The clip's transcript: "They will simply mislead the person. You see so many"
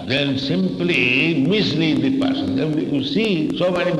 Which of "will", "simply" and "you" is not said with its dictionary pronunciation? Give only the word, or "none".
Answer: will